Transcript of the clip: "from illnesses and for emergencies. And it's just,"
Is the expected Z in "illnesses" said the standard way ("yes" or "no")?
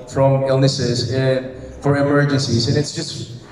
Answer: yes